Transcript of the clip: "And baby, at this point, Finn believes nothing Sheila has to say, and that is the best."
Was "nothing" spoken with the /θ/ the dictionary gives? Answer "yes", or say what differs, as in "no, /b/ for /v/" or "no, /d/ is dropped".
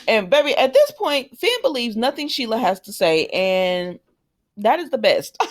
yes